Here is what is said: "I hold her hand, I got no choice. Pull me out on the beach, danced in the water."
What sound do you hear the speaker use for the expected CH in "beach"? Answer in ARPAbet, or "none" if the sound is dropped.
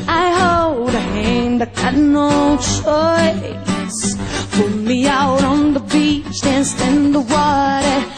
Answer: CH